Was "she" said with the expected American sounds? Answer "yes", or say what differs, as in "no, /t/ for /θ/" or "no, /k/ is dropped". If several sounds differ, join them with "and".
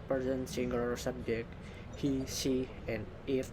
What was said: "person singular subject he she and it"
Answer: no, /s/ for /ʃ/